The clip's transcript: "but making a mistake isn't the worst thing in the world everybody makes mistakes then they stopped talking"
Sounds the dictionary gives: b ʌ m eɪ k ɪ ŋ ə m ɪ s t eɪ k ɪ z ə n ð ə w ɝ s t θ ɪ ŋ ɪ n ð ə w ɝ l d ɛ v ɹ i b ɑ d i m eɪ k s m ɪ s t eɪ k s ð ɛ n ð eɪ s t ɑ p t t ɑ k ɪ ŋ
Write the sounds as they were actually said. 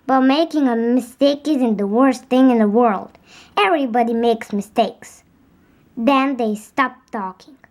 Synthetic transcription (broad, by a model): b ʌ m eɪ k ɪ ŋ ə m ɪ s t eɪ k ɪ z ə n ð ə w ɝ s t θ ɪ ŋ ɪ n ð ə w ɝ l d ɛ v ɹ i b ɑ d i m eɪ k s m ɪ s t eɪ k s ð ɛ n ð eɪ s t ɑ p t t ɑ k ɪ ŋ